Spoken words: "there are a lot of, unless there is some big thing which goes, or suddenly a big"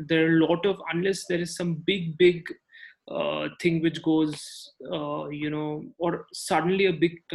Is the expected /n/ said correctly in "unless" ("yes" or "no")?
yes